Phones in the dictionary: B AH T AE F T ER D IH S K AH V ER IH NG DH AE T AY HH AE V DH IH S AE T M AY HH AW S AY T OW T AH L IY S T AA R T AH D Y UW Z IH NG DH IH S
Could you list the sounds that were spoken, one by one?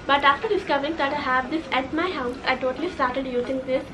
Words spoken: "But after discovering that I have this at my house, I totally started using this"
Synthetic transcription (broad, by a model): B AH T AE F T ER D IH S K AH V ER IH NG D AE T AY HH AE V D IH S AE T M AY HH AW S AY T OW T AH L IY S T AA R T AH D Y UW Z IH NG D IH S